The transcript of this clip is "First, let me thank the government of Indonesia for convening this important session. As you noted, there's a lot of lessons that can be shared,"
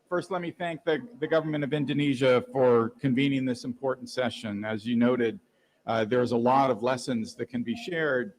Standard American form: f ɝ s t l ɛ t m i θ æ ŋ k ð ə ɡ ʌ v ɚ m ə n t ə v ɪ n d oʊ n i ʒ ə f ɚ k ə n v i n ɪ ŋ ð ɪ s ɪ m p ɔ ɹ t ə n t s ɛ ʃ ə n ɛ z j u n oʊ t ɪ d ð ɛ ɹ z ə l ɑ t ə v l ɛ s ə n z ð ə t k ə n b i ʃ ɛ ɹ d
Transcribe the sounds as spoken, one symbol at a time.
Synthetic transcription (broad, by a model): f ɝ s t l ɛ t m i θ æ ŋ k ð ə ɡ ʌ v ɚ m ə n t ə v ɪ n d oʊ n i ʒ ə f ɚ k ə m v i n ɪ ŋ ð ɪ s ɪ m p ɔ ɹ t n t s ɛ ʃ ə n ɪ z j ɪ n oʊ t ɪ d ð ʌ ɹ z ə l ɑ t ə v l ɛ s ə n z ð ə t k ə n b i ʃ ɛ ɹ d